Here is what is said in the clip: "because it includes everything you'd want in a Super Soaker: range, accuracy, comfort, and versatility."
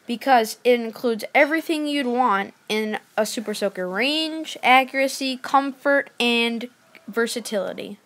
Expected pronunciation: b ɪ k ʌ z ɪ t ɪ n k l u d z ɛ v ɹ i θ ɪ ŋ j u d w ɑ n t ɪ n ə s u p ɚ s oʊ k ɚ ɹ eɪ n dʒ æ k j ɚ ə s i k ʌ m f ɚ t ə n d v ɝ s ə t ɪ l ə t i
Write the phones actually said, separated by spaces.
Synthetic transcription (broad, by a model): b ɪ k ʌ z ɪ t ɪ n k l u d z ɛ v ɹ i θ ɪ ŋ j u d w ɑ n t ɪ n ə s u p ɚ s oʊ k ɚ ɹ eɪ n dʒ æ k j ɚ ə s i k ʌ m f ɚ t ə n v ɝ s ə t ɪ l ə t i